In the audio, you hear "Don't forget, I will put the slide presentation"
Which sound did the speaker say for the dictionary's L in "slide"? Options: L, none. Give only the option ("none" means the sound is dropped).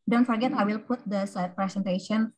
none